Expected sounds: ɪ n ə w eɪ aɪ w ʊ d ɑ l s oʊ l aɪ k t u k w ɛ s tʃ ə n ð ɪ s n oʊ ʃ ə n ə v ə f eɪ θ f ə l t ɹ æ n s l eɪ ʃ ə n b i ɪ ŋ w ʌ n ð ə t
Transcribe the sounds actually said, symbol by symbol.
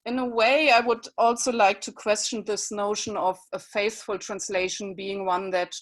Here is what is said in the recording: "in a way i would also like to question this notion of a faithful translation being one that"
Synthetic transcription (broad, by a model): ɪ n ə w eɪ aɪ w ʊ d ɑ l s oʊ l aɪ k t u k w ɛ s tʃ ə n ð ɪ s n oʊ ʃ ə n ə v ə f eɪ θ f ə l t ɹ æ n s l eɪ ʃ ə n b i ɪ ŋ w ʌ n ð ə t